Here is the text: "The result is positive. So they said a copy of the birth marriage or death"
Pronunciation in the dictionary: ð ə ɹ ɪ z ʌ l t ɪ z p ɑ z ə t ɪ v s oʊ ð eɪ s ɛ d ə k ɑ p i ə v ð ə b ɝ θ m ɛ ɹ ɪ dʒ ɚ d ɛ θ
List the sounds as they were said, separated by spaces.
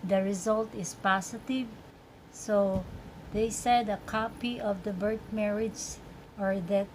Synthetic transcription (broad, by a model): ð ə ɹ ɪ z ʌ l t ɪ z p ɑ s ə t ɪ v s oʊ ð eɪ s ɛ d ə k ɑ p i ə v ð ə b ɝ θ m ɛ ɹ ɪ dʒ ɚ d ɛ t